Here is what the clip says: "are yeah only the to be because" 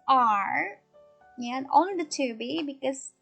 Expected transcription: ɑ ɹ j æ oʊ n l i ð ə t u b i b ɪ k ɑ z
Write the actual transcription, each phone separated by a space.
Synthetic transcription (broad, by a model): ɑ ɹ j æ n i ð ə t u b i b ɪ k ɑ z